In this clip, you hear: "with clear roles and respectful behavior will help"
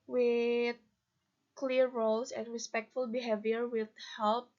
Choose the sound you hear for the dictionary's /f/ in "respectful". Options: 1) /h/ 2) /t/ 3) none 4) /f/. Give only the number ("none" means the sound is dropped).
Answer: 4